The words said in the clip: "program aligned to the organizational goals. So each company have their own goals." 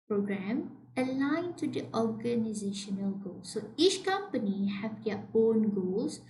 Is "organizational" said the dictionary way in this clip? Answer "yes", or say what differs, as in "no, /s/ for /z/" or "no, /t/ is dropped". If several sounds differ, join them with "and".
yes